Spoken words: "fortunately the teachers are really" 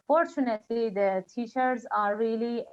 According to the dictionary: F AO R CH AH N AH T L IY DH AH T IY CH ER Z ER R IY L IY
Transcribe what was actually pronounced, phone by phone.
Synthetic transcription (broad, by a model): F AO R CH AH N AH T L IY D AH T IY SH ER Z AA R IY L IY